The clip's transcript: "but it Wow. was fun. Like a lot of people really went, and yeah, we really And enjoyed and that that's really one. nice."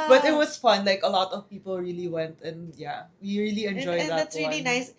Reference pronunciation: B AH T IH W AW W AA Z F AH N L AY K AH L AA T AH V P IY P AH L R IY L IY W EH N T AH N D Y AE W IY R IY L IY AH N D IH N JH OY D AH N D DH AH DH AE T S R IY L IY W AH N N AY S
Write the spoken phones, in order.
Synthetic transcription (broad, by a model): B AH T IH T W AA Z F AH N L AY K AH L AA T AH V P IY P AH L R IY L IY W EH N T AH N Y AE W IY R IY L IY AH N N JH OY AH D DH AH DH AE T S R IY L IY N N AY S